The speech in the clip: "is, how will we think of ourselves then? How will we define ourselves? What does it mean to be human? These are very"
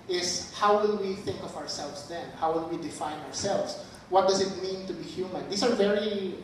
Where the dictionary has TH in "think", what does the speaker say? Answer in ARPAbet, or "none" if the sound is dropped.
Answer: TH